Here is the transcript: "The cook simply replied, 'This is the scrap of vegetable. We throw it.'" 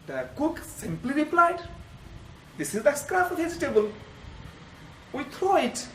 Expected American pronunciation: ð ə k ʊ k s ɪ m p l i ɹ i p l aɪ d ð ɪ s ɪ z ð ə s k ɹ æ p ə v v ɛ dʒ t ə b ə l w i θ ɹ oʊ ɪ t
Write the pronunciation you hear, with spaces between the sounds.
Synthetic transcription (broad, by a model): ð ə k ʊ k s ɪ m p l i ɹ i p l aɪ d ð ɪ s ɪ z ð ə s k ɹ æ f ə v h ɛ z t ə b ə l w i t ɹ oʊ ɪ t